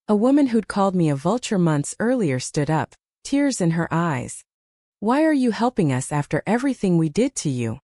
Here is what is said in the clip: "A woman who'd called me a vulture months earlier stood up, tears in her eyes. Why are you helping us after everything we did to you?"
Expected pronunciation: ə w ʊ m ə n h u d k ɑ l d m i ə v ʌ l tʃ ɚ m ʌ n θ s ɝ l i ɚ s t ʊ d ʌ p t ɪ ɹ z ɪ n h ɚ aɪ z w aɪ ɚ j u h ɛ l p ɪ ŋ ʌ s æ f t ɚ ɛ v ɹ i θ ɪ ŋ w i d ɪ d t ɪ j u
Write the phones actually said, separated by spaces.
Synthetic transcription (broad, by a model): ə w ʊ m ə n h u d k ɑ l d m i ə v ʌ l tʃ ɚ m ʌ n θ s ɝ l i ɚ s t ʊ d ʌ p t ɪ ɹ z ɪ n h ɚ aɪ z w aɪ ɚ j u h ɛ l p ɪ ŋ ʌ s æ f t ɚ ɛ v ɹ i θ ɪ ŋ w i d ɪ d t ɪ j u